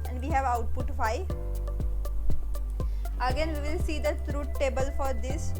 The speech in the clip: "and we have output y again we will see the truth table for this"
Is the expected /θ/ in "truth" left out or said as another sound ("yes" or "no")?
yes